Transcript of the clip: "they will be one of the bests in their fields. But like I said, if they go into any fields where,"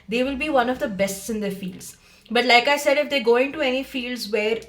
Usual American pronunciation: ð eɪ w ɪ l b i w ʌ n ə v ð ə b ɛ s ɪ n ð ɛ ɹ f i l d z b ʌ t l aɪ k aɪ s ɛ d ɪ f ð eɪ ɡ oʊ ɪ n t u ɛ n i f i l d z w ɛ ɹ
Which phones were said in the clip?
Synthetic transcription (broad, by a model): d eɪ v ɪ l b i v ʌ n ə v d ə b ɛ s ɪ n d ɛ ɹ f i l d z b ʌ t l aɪ k aɪ s ɛ d ɪ f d eɪ ɡ oʊ ɪ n t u ɛ n i f i l d z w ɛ ɹ